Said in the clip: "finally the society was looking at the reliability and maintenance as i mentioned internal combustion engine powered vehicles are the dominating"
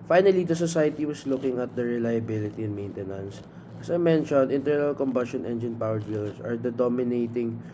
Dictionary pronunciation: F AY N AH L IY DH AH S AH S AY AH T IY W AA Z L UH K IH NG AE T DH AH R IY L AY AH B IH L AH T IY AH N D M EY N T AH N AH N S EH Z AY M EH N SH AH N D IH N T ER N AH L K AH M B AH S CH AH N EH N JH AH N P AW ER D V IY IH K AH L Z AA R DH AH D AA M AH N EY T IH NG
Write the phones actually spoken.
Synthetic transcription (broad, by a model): F AY N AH L IY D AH S AH S AY AH T IY W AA S L UH K IH NG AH T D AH R IY L AY AH B IH L AH T IY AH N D M EY N T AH N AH N S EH S AY M EH N SH AH N D IH N T ER N AH L K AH M B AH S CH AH N EH N JH AH N P AW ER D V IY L S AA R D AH D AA M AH N EY T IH NG